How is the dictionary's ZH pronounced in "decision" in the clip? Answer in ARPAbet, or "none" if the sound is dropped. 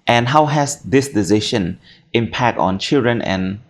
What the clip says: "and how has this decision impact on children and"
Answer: SH